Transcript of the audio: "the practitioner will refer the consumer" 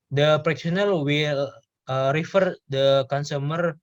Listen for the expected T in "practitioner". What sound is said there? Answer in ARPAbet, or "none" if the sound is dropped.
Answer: S